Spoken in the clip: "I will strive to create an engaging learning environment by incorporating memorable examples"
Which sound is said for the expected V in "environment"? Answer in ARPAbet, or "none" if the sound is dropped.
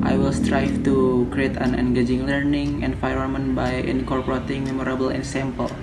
F